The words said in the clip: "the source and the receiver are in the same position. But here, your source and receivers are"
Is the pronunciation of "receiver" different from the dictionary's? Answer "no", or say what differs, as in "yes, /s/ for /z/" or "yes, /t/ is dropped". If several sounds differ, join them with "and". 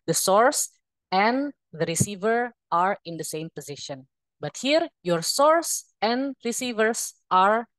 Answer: no